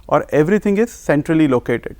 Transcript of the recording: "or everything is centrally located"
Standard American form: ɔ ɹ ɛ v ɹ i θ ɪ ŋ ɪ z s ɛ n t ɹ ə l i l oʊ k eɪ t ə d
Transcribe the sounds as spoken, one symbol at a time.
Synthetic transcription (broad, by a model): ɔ ɹ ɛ v ɹ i t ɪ ŋ ɪ z s ɛ n t ɹ ə l i l oʊ k eɪ t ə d